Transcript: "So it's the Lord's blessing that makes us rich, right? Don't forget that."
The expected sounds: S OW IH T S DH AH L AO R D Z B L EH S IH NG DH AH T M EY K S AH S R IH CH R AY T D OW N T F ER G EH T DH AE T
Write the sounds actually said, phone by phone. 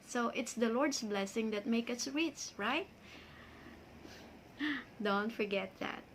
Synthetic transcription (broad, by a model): S OW IH T S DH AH L AO R D S B L EH S IH NG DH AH T M EY K AH S R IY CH R AY T D OW N T F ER G EH T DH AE T